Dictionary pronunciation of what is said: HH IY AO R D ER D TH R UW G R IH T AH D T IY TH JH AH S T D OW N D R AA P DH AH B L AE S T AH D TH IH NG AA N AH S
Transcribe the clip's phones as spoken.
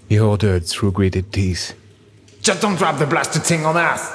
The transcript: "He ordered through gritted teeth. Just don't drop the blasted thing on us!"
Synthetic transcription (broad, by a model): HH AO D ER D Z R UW G R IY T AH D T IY S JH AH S D OW N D R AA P DH AH B L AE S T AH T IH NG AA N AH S